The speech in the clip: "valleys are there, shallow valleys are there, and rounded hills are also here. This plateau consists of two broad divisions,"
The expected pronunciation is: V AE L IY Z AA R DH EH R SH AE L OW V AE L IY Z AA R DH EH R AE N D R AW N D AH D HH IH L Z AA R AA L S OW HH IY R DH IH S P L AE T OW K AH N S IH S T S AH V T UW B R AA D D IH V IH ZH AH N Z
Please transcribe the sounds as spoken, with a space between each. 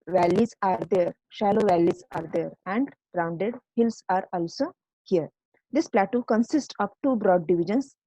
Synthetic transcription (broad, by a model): V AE L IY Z AA R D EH R SH AE L OW V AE L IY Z AA R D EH R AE N D R AW N D AH D HH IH L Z AA R AA L S OW HH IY R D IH S P L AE T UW K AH N S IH S T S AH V T UW B R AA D D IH V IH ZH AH N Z